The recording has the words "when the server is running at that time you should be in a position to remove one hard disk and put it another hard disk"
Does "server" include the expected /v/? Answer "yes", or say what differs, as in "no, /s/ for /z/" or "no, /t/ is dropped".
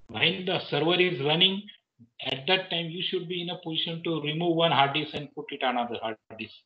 yes